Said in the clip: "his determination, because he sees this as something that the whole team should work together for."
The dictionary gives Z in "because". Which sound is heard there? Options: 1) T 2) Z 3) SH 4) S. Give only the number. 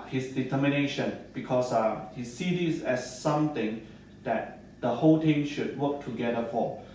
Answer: 4